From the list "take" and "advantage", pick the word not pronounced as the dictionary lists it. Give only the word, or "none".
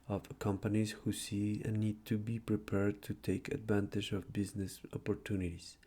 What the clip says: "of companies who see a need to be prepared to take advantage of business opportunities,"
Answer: none